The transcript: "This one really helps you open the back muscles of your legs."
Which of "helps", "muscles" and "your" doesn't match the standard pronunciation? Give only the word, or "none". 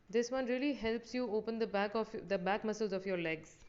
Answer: none